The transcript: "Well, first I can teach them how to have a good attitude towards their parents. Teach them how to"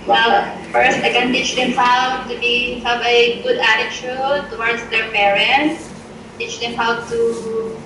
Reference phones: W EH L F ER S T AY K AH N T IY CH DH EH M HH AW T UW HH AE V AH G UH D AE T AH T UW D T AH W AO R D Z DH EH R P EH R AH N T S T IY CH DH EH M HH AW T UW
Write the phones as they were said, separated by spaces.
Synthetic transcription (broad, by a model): W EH L F ER S T AY K AH N T IY CH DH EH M HH AW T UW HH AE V AH G UH D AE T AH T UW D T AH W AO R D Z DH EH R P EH R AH N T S T IY CH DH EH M HH AW T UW